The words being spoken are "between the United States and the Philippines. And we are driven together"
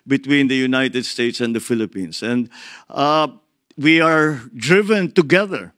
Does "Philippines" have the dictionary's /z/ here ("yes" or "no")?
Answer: no